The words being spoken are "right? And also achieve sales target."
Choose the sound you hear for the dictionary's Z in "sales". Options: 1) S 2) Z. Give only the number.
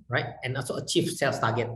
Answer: 1